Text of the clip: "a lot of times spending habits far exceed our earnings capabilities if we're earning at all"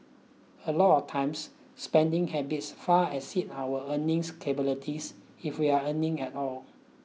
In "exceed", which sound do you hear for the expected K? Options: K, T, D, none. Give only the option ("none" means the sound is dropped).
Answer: none